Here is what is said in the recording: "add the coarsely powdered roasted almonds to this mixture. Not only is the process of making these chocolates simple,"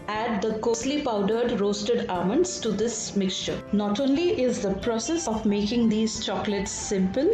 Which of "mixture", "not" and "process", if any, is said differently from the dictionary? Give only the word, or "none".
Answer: none